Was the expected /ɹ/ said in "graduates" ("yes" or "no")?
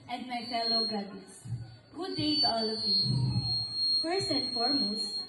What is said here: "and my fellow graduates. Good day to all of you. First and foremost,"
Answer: no